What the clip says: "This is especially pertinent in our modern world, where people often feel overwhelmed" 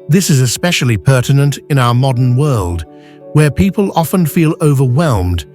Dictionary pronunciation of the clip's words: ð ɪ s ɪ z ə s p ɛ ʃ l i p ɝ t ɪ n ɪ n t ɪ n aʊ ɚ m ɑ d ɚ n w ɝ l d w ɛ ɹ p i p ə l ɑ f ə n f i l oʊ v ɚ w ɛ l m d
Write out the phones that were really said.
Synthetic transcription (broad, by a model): ð ɪ s ɪ z ə s p ɛ ʃ l i p ɝ t ɪ n ɪ n t ɪ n aʊ ɚ m ɑ d ɚ n w ɝ l d w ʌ ɹ p i p ə l ɑ f ə n f i l oʊ v ɚ w ɛ l m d